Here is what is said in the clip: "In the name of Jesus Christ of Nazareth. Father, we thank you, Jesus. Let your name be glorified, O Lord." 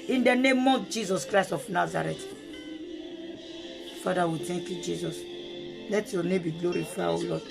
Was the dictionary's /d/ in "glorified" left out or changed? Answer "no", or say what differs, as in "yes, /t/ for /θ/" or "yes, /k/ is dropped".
yes, /d/ is dropped